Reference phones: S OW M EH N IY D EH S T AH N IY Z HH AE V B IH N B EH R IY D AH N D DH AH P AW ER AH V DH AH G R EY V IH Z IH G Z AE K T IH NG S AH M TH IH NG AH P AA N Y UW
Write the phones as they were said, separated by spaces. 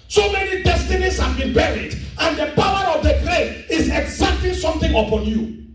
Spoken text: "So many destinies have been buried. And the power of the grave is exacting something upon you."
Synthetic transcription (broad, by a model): S OW M EH N IY D EH S T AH N IY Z HH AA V B IH N B EH R IY D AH N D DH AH P AW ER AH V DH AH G R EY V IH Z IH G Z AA K T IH S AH M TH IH NG AH P AA N Y UW